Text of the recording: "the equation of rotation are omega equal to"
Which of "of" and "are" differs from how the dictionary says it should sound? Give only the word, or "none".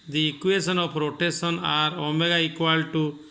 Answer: of